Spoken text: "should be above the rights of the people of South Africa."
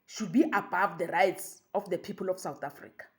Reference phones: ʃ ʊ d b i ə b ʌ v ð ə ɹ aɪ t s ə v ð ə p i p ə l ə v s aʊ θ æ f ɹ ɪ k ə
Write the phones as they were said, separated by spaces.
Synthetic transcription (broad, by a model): ʃ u d b i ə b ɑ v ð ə ɹ aɪ t s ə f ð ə p i p ə l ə f s aʊ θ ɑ f ɹ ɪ k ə